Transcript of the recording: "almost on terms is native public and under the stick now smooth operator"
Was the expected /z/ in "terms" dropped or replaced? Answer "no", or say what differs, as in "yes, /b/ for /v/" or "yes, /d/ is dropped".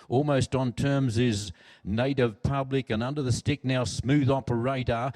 no